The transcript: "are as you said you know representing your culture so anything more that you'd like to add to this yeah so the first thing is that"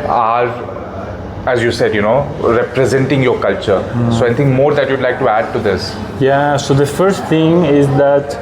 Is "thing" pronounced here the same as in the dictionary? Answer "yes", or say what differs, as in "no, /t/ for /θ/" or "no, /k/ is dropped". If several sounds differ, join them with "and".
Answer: no, /t/ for /θ/